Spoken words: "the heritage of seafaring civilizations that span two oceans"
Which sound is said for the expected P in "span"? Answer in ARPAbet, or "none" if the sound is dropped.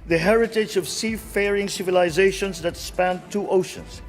P